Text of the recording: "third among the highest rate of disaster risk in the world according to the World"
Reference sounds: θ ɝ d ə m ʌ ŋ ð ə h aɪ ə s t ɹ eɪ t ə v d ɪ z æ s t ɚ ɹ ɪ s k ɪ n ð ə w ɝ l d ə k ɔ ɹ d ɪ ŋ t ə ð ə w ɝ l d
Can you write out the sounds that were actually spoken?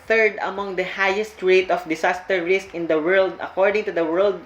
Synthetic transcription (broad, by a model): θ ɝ d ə m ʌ ŋ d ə h aɪ ə s t ɹ eɪ t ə f d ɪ s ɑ s t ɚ ɹ ɪ s k ɪ n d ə w ɝ l d ə k ɔ ɹ d ɪ ŋ t ə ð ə w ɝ l d